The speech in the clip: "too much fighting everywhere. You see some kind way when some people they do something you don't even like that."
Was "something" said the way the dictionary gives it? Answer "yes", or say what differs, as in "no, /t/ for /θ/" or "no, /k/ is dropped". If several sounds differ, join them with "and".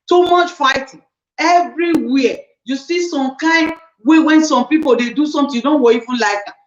no, /t/ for /θ/